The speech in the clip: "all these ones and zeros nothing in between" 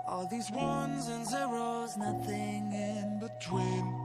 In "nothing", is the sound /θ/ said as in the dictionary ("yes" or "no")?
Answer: yes